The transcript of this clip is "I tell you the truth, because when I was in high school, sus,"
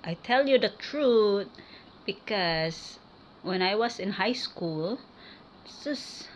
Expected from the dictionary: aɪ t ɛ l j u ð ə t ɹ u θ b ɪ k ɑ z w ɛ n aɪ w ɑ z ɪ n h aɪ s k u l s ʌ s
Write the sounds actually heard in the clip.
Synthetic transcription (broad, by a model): aɪ t ɛ l j u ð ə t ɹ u t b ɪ k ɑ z w ɛ n aɪ w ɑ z ɪ n h aɪ s k u l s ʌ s